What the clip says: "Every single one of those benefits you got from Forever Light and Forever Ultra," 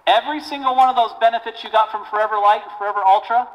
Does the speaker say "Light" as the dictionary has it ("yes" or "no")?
no